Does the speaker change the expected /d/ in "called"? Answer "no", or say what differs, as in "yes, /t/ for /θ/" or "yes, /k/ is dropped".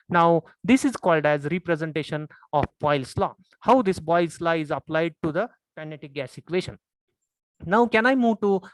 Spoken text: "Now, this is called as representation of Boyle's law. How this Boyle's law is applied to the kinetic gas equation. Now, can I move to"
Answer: no